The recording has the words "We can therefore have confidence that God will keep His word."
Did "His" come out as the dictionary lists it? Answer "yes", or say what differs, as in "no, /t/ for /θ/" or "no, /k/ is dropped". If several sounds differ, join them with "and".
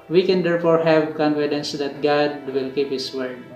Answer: no, /s/ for /z/